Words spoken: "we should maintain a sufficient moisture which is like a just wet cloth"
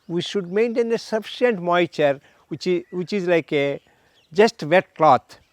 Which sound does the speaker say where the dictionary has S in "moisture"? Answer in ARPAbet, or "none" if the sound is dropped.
none